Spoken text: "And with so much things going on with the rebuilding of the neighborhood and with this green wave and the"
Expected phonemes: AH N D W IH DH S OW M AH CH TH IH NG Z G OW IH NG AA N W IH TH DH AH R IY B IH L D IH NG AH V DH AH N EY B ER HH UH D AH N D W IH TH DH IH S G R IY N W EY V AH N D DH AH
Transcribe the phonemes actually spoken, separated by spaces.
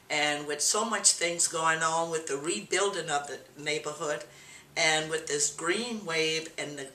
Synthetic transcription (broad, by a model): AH N W IH DH S OW M AH CH TH IH NG Z G OW IH NG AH N W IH DH AH R IY B IH L D IH NG AH V DH AH N EY B ER HH UH D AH N W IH DH IH S G R IY N W EY V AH N DH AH